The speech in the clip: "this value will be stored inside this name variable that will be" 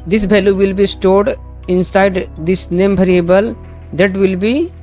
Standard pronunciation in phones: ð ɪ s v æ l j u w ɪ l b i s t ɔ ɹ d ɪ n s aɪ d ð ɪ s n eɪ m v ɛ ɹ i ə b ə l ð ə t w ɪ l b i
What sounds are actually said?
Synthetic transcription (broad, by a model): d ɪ s b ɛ l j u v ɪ l b i s t ɔ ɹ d ɪ n s aɪ d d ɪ s n eɪ m b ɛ ɹ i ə b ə l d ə t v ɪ l b i